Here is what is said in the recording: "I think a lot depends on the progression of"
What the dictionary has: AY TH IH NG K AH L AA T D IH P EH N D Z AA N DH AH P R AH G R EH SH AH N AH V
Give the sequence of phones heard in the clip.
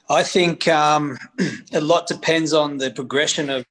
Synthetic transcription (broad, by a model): AY TH IH NG K AH L AA T D IH P EH N D Z N DH AH P R AH G R EH SH AH N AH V